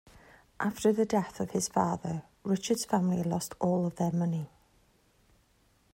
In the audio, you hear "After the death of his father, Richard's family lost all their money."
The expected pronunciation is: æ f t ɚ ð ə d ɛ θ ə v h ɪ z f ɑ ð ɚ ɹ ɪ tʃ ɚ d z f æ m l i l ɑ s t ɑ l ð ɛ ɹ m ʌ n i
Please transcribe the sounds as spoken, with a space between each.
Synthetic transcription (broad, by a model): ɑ f t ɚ ð ə d ɛ θ ə v h ɪ z f ɑ ð ɚ ɹ ɪ tʃ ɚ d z f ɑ m l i l ɑ s t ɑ l ð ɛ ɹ m ʌ n i